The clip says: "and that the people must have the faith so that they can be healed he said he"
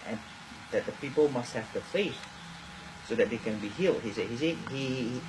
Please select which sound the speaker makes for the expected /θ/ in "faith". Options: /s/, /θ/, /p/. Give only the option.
/s/